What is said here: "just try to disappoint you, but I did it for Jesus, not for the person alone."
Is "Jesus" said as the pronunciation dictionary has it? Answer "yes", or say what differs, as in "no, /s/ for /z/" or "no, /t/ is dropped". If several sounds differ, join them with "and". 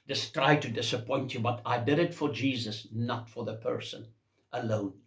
yes